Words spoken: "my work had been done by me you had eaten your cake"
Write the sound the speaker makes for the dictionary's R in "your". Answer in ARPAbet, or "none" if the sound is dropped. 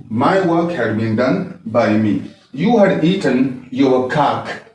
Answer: W